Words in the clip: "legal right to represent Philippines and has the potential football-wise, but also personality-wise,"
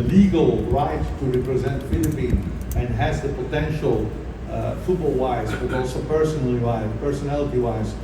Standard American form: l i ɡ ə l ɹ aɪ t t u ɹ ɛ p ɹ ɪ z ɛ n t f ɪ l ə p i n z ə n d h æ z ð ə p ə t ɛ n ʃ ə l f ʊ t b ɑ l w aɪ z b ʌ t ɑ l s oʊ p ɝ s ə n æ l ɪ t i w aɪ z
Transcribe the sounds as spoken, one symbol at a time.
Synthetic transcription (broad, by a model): l i ɡ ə l ɹ aɪ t t u ɹ ɛ p ɹ ɪ z ɛ n t f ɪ l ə p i n ə n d h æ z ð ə p ə t ɛ n ʃ ə l f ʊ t b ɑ l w aɪ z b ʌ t ɑ l s oʊ p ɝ s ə n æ l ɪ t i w aɪ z